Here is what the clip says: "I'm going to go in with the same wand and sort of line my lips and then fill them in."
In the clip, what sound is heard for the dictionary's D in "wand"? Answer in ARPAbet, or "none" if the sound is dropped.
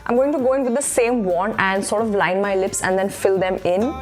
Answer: none